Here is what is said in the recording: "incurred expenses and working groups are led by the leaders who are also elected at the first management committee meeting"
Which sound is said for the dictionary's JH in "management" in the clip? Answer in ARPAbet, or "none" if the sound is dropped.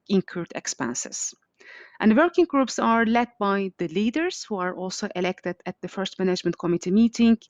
JH